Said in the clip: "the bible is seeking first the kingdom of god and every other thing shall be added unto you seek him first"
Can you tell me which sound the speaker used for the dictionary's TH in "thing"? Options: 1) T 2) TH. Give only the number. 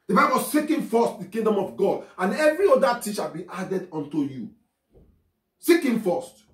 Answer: 1